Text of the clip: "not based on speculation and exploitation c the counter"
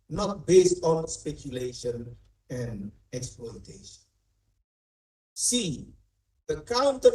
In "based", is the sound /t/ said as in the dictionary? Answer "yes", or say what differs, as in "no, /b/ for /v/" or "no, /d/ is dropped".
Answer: yes